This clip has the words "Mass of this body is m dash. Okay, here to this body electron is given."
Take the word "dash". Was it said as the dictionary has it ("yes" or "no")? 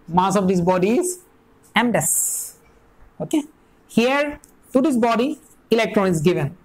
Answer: no